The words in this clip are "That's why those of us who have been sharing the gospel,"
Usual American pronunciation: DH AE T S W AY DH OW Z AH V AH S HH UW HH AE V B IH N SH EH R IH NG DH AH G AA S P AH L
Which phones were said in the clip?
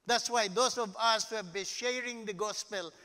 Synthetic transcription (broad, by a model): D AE T S W AY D OW S AH V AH S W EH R B IH N SH EH R IH NG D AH G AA S P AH L